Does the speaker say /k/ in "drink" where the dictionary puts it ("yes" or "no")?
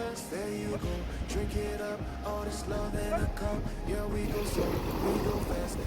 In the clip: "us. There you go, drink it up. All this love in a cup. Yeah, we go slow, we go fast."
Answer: yes